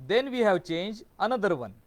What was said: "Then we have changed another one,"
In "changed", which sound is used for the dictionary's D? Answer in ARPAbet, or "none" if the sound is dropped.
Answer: none